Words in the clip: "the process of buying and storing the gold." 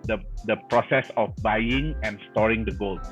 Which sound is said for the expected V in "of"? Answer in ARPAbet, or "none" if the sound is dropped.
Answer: F